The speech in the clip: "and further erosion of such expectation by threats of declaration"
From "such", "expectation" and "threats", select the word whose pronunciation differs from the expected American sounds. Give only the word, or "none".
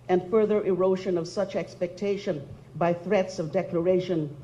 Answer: none